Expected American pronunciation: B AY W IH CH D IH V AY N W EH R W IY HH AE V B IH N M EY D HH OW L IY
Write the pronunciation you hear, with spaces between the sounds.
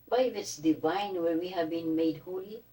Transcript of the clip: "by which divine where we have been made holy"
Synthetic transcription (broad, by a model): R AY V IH S D IH V AY N W EH R W IY HH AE V B IH N M EY D HH OW L IY